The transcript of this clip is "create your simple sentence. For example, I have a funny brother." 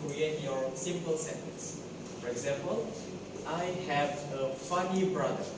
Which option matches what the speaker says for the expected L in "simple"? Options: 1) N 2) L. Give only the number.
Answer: 2